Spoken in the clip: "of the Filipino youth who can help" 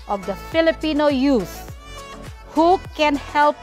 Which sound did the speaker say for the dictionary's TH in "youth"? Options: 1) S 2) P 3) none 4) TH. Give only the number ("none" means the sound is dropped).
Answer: 1